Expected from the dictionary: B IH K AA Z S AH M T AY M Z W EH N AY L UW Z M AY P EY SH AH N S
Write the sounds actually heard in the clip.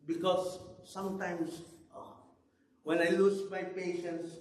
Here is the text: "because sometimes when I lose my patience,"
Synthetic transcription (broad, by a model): B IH K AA S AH M T AY M S W EH N AY L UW S M AY P EY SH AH N S